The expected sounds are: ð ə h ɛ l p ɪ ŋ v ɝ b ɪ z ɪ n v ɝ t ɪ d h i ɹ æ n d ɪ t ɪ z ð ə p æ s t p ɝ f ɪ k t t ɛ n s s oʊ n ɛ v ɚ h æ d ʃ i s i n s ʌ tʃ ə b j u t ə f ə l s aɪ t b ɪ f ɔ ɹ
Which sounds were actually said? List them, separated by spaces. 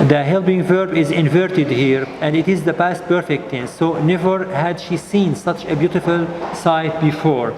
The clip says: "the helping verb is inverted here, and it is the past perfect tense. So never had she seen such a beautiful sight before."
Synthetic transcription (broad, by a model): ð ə h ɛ l b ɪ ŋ v ɝ b ɪ z ɪ n v ɝ t ɪ d h i ɹ æ n d ɪ t ɪ z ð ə p æ s t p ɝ f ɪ k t t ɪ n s s oʊ n ɛ v ɚ h æ d ʃ i s i n s ʌ tʃ ə b j u t ə f ə l s aɪ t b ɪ f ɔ ɹ